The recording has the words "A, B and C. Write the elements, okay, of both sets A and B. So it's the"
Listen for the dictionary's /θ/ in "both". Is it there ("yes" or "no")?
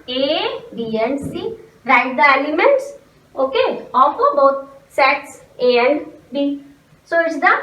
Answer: no